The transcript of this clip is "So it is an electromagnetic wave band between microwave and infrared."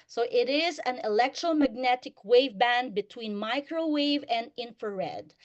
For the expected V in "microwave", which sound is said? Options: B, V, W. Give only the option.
V